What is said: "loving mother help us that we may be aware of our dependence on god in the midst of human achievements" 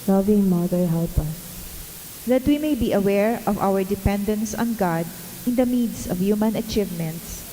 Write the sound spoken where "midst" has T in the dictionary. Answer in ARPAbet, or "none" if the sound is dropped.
none